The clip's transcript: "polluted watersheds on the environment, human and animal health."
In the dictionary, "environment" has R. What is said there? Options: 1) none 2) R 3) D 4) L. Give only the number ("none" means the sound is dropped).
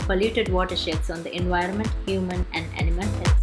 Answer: 2